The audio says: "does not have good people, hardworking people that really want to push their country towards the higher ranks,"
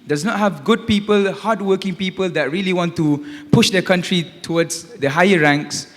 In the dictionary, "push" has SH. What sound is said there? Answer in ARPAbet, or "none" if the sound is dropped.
SH